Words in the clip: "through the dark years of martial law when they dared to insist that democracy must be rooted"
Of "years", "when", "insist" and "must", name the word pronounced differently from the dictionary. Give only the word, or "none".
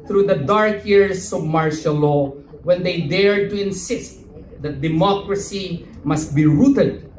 years